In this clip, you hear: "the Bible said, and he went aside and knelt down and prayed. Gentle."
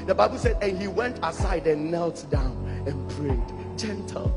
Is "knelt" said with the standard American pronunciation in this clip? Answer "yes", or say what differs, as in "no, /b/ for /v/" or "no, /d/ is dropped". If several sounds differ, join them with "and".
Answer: yes